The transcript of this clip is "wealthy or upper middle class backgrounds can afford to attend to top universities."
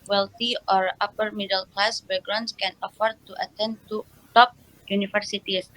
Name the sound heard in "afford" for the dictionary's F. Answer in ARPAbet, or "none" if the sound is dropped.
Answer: F